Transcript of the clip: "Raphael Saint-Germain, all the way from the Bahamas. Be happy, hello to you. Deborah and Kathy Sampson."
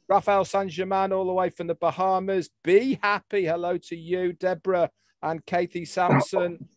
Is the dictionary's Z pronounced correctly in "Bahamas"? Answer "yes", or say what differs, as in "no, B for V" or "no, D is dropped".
yes